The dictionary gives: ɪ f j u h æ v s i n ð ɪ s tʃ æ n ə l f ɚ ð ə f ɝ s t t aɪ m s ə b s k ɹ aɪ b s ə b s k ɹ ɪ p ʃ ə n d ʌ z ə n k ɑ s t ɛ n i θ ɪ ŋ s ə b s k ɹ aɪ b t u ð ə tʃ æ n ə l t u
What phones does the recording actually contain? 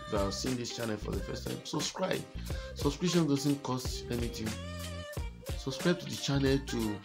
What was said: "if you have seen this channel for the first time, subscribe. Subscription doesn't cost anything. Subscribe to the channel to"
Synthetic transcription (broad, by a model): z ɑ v s i n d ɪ s tʃ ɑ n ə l f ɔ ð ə f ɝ s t t aɪ m s ə b s k ɹ aɪ b s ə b s k ɹ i ʃ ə n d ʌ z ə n k ɑ s t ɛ n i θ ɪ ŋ s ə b s k ɹ aɪ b t u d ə tʃ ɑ n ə l t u